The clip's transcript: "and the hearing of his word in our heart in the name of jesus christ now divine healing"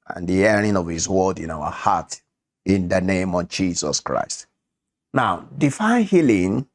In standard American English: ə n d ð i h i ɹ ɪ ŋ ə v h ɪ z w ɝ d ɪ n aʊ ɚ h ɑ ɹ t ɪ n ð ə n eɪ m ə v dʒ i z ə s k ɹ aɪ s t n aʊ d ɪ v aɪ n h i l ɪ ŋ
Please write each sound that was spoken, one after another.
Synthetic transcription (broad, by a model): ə n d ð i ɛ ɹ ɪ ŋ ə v h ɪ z w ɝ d ɪ n aʊ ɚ h ɑ t ɪ n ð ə n eɪ m ə v dʒ i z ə s k ɹ aɪ s t n aʊ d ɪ f aɪ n h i l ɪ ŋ